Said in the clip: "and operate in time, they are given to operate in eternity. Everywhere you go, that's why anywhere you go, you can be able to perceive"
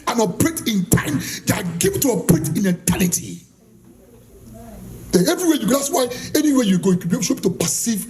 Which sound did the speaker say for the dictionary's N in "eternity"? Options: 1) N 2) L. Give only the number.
2